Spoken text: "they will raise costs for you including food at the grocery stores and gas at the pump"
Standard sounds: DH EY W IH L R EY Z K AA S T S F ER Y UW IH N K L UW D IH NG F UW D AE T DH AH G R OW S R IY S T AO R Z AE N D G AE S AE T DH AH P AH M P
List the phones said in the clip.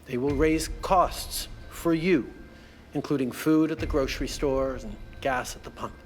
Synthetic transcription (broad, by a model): DH EY W IH L R EY Z K AA S T S F ER Y UW IH N K L UW D IH NG F UW D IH T DH AH G R OW S R IY S T AO R Z N G AE S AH T DH AH P AH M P